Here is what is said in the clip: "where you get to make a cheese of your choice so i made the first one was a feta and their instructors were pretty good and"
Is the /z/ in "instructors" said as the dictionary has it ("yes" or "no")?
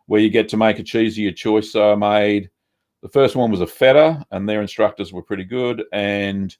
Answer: yes